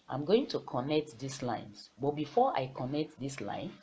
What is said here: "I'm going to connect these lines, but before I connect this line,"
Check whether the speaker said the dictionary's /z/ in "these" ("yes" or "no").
no